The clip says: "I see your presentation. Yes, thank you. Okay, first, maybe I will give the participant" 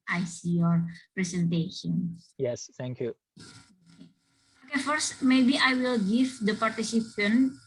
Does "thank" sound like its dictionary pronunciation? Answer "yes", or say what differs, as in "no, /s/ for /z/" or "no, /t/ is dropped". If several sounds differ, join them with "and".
no, /t/ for /θ/